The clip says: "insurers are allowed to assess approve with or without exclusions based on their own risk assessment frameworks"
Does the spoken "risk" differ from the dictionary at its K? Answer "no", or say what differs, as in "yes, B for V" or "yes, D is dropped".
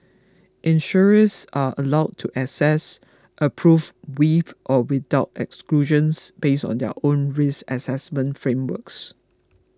yes, K is dropped